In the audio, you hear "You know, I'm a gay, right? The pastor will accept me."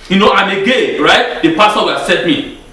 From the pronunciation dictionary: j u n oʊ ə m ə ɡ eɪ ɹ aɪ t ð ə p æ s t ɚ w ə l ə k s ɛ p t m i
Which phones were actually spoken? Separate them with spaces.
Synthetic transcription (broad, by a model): j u n oʊ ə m ə ɡ eɪ ɹ aɪ t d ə p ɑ s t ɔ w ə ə s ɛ t m i